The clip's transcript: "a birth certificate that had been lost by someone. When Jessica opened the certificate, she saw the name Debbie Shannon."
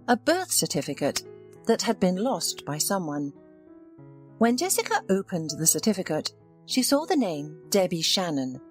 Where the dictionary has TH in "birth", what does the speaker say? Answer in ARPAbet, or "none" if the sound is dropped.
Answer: TH